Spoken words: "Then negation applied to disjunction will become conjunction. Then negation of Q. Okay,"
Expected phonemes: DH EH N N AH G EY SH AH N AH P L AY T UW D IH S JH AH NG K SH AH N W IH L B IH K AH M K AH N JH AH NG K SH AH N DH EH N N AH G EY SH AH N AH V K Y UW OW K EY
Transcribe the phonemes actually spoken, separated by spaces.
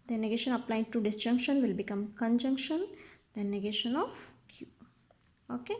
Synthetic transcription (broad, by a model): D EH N N AH G EY SH AH N AH P L AY T UW D IH S JH AH NG K SH AH N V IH L B IH K AH M K AH N JH AH NG K SH AH N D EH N N AH G EY SH AH N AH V K Y UW OW K EY